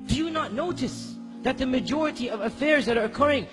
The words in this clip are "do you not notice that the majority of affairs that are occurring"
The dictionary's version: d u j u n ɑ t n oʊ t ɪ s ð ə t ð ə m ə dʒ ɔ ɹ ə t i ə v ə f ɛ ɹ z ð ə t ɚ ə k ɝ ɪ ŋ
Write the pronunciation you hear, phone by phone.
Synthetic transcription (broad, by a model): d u j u n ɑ t n oʊ t ɪ s ð ə t ð ə m ə dʒ ɔ ɹ ə t i ə v ə f ɛ ɹ z ð ə t ɚ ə k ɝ ɪ ŋ